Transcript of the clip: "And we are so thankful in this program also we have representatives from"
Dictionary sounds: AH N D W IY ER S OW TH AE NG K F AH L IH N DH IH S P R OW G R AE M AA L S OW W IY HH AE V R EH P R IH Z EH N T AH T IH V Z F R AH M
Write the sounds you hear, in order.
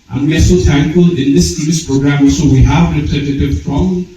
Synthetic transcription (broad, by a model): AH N W IY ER S OW T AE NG K AH L IH N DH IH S P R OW G R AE M AA L S OW W IY HH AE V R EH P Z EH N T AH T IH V F R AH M